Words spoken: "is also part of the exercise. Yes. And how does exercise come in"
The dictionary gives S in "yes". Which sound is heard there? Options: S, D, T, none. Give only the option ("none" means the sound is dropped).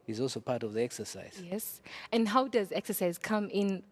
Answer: S